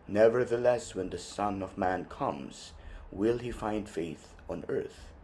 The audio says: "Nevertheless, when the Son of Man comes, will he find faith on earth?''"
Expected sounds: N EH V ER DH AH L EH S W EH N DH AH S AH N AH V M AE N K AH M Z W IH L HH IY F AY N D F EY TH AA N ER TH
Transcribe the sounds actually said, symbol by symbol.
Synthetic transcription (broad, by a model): N EH V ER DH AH L EH S W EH N DH AH S AH N AH V M AE N K AH M Z W IH L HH IY F AY N D F EY TH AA N ER TH